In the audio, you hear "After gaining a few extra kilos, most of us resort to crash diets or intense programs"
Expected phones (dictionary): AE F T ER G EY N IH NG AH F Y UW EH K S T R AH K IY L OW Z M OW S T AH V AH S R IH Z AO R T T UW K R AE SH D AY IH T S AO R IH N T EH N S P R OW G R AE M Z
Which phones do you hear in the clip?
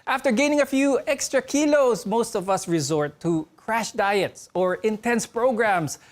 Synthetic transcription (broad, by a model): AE F T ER G EY N IH NG AH F Y UW EH K S T R AH K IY L OW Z M OW S T AH V AH S R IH Z AO R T T UW K R AE SH D AY IH T S AO R IH N T EH N S P R OW G R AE M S